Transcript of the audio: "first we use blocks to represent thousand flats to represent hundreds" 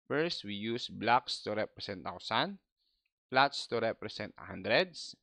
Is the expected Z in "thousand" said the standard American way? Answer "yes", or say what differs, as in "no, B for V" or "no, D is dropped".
no, S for Z